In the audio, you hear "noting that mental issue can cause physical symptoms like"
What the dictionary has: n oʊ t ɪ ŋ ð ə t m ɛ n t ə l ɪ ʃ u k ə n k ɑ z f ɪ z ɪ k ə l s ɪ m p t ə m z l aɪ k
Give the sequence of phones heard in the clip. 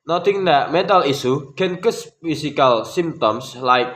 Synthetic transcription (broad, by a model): n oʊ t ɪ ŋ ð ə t m ɛ n t ə l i s u k ə n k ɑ s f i s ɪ k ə l s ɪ m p t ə m s l aɪ k